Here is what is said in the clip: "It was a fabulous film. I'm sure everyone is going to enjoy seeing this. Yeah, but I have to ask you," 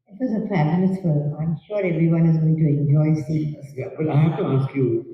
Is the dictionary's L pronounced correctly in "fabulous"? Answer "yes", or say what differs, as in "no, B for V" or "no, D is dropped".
no, N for L